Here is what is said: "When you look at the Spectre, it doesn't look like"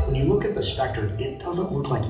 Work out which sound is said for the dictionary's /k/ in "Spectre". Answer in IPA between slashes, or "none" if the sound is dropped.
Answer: /k/